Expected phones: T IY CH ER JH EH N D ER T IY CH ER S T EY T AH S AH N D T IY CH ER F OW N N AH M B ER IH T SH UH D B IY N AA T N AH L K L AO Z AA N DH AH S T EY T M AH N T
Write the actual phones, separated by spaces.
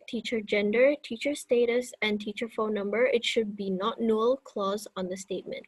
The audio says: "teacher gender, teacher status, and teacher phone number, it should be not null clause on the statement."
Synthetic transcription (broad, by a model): T IY CH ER JH EH N D ER T IY CH ER S T EY T AH S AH N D T IY CH ER F OW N N AH M B ER IH T SH UH D B IY N AA T N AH L K L AO Z AA N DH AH S T EY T M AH N T